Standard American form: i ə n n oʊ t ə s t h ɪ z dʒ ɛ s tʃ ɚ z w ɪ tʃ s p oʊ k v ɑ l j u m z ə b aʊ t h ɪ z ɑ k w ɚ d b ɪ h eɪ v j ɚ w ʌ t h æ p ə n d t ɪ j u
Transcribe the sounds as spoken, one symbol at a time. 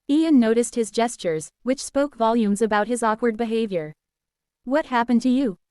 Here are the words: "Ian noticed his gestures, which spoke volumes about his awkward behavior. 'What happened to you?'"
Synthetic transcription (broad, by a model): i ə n n oʊ t ə s t h ɪ z dʒ ɛ s tʃ ɚ z w ɪ tʃ s p oʊ k v ɑ l j u m z ə b aʊ t h ɪ z ɑ k w ɚ d b ɪ h eɪ v j ɚ w ʌ t h æ p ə n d t ɪ j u